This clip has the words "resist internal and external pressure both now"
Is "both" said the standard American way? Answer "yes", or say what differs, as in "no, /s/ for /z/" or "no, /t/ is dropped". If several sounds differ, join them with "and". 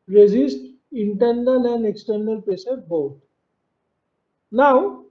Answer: no, /t/ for /θ/